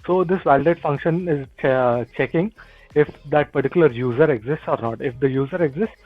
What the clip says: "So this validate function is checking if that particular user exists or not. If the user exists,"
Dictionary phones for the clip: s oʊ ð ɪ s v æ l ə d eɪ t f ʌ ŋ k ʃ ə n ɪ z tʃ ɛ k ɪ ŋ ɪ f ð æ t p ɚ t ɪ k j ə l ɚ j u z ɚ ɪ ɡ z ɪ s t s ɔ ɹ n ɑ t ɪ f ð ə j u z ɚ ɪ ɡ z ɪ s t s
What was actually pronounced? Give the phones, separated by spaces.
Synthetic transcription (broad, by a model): s oʊ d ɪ s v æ l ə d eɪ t f ʌ ŋ k ʃ ə n ɪ z tʃ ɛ k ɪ ŋ ɪ f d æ t p ɚ t ɪ k j ə l ɚ j u z ɚ ɪ ɡ z ɪ s t s ɔ ɹ n ɑ t ɪ f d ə j u z ɚ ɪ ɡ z ɪ s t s